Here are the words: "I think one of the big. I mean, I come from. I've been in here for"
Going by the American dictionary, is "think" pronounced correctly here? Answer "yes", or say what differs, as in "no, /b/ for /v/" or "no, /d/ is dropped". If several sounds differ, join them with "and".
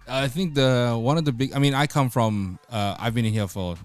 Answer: yes